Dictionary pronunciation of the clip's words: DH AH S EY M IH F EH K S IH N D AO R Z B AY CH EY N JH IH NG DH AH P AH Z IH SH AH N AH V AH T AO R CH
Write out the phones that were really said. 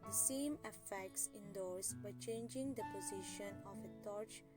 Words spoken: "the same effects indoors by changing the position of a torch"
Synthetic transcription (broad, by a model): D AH S EY M IH F EH K S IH N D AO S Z B AY CH EY N JH IH NG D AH P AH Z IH SH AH N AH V AH T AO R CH